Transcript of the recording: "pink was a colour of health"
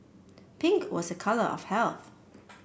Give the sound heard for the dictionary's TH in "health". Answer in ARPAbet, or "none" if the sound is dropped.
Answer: TH